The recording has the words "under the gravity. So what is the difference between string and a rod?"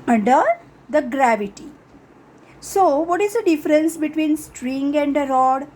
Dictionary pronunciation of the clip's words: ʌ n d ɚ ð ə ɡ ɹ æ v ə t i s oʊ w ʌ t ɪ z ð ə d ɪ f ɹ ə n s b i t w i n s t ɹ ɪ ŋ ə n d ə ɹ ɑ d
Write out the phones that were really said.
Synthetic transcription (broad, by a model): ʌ n d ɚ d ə ɡ ɹ æ v ə t i s oʊ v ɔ t ɪ z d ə d ɪ f ɹ ə n s b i t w i n s t ɹ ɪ ŋ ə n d ə ɹ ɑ d